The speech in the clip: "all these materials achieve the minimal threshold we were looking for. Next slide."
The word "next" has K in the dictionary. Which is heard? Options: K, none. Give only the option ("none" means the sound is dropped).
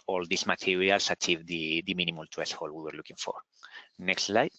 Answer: K